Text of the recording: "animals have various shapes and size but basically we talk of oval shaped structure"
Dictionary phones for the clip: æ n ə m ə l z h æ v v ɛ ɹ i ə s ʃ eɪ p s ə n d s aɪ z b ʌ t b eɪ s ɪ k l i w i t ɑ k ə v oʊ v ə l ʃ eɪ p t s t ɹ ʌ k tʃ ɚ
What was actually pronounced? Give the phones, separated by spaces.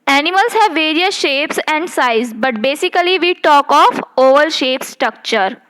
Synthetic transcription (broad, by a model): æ n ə m ə l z h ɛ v v ɛ ɹ i ə s ʃ eɪ p s ə n d s aɪ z b ʌ t b eɪ s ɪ k l i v i t ɑ k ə f oʊ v ə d ʃ eɪ p s t ɹ ʌ k tʃ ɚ